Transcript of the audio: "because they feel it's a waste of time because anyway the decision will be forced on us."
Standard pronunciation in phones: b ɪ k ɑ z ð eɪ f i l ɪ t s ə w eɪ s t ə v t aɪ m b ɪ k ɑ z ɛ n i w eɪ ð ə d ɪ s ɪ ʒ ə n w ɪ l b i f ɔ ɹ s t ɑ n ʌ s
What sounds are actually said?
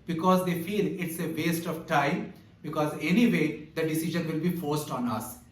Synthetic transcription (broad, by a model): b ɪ k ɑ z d eɪ f i l ɪ t s ə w eɪ s t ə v t aɪ m b ɪ k ɑ z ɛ n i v eɪ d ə d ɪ s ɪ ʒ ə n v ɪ l b i f ɔ ɹ s t ɑ n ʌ s